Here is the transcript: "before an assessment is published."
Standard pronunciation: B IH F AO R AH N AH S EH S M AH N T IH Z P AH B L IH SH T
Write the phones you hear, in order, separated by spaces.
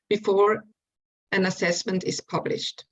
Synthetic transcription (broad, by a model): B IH F AO R AH N AH S EH S M AH N T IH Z P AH B L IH SH T